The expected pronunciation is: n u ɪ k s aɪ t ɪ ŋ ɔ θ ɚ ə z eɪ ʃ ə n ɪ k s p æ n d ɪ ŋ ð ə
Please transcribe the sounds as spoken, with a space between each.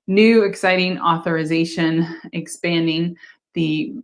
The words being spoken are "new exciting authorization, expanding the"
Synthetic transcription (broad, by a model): n u ɪ k s aɪ t ɪ ŋ ɔ θ ɚ ə z eɪ ʃ ə n ɪ k s p æ n d ɪ ŋ ð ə